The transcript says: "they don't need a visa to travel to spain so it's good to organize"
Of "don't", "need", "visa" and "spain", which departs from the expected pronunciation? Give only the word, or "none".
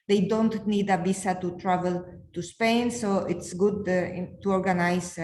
visa